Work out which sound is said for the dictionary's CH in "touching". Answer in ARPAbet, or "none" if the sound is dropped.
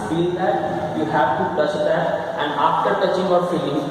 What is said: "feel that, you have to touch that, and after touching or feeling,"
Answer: CH